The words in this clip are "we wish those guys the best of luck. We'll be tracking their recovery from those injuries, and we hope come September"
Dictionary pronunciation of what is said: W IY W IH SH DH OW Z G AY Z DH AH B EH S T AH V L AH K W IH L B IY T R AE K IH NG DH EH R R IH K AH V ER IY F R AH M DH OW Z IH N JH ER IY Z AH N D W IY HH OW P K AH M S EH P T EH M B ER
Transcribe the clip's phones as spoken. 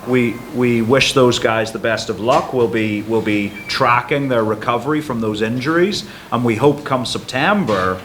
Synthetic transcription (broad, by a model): W IY W IH SH DH OW Z G AY Z DH AH B EH S T AH V L AH K W IH L B IY T R AE K IH NG DH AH R R IH K AH V ER IY F R AH M DH OW Z IH N JH ER IY Z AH N W IY HH OW P K AH M S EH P T EH M B ER